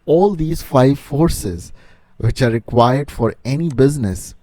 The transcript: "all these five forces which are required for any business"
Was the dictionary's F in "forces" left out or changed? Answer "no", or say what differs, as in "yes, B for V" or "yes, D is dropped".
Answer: no